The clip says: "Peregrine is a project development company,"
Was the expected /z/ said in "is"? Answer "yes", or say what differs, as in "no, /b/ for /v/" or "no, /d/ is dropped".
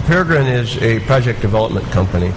yes